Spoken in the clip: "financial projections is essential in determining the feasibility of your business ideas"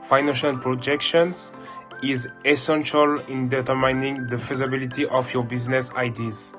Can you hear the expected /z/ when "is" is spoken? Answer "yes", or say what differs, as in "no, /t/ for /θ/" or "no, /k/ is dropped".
yes